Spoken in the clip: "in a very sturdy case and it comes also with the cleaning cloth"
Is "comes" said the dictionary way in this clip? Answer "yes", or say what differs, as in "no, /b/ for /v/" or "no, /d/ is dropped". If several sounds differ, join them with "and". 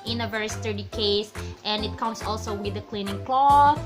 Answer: no, /s/ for /z/